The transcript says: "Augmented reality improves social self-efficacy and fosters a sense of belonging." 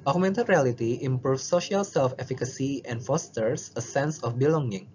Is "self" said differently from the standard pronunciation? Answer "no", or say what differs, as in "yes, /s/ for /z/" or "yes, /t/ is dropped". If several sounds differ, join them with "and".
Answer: no